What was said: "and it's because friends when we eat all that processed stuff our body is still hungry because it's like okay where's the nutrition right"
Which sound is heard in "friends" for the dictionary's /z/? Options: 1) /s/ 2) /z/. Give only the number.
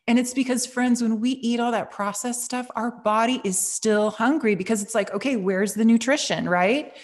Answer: 2